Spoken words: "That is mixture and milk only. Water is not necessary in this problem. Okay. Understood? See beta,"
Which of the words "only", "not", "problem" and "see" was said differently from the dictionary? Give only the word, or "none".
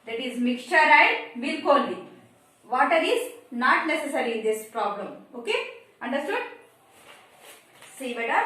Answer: only